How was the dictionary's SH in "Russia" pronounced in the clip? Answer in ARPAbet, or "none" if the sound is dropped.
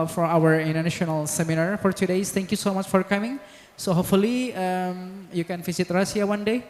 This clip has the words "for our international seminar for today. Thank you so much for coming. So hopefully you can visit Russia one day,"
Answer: S